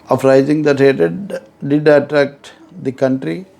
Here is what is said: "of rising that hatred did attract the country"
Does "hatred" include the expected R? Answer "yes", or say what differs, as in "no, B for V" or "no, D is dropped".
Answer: no, R is dropped